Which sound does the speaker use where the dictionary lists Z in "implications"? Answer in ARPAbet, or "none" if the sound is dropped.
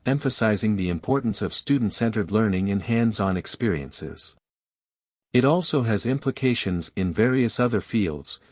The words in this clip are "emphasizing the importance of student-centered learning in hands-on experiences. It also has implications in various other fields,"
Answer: Z